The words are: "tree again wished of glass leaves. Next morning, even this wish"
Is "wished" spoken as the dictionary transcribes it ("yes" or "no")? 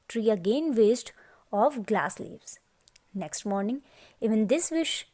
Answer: no